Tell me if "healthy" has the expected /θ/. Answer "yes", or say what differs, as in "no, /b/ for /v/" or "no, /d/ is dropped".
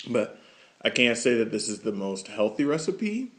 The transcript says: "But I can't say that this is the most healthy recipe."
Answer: yes